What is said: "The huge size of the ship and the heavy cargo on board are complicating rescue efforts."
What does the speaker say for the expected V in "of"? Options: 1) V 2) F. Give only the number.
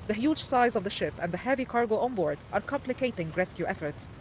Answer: 1